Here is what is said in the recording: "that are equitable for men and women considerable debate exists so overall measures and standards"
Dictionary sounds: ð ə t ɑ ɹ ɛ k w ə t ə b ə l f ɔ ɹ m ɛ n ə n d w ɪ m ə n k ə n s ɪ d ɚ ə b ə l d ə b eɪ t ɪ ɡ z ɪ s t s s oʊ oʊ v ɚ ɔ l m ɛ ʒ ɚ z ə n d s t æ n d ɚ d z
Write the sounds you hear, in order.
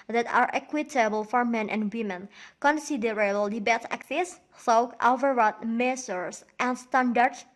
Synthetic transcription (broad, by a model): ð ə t ɑ ɹ ɛ k w ə t ə b ə l f ɔ ɹ m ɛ n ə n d w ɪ m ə n k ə n s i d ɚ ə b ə l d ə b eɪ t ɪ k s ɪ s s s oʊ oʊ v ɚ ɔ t m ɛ s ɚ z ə n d s t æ n d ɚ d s